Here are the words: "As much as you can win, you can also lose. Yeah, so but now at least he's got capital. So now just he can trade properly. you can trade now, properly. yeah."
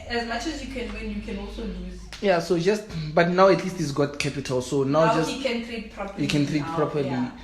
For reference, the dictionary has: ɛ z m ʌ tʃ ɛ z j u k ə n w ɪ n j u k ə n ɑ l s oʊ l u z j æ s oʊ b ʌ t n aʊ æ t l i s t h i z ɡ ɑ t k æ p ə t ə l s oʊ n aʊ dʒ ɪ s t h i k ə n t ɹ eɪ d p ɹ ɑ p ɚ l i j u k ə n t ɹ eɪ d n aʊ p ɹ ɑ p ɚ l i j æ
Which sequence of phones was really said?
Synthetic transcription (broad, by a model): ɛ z m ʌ tʃ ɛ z j u k ə n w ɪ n j u k ə n ɑ l s oʊ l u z j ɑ s oʊ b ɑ t n aʊ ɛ t l i s t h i s ɡ ɑ t k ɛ p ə t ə l s oʊ n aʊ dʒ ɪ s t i k ə n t ɹ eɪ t p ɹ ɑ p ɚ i j u k ə n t ɹ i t p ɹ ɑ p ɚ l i